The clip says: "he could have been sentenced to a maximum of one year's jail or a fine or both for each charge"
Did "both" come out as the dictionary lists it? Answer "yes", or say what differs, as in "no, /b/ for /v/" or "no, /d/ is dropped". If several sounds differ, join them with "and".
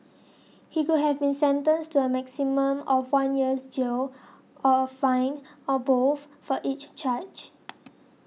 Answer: no, /f/ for /θ/